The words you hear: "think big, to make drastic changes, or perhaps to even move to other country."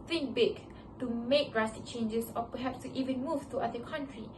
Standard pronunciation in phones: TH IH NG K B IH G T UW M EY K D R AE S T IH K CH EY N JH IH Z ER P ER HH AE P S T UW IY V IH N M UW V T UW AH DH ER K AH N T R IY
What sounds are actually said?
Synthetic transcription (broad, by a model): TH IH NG B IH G T UW M EY K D R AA S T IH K CH EY N JH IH S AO P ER HH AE P S T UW IY V IH N M UW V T UW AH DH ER K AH N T R IY